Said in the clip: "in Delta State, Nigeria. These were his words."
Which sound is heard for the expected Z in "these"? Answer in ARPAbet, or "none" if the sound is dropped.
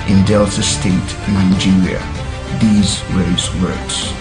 Z